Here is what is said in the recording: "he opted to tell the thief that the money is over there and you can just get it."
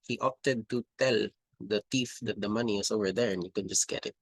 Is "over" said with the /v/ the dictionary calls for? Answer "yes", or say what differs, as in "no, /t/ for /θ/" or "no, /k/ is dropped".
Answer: yes